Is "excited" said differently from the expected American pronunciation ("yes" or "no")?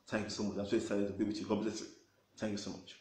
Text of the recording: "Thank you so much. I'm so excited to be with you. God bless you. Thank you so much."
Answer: yes